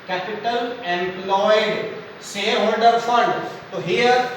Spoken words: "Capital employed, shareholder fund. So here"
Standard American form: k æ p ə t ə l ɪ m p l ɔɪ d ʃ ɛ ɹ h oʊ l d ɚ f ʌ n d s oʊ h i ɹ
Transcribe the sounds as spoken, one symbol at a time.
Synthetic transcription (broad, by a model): k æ p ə t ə l ɪ m p l ɔɪ d s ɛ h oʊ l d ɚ f ʌ n d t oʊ h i ɹ